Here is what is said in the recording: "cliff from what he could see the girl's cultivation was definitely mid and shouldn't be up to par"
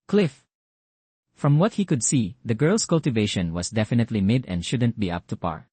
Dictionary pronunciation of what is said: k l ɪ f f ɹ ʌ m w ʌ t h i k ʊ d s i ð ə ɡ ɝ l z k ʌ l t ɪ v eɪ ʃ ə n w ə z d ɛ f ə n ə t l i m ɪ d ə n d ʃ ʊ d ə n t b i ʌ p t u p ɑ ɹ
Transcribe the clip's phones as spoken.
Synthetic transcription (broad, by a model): k l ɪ f f ɹ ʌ m w ʌ t h i k ʊ d s i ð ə ɡ ɝ l s k ʌ l t ɪ v eɪ ʃ ə n w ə s d ɛ f ə n ə t l i m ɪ d ə n d ʃ ʊ d ə n t b i ʌ p t u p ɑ ɹ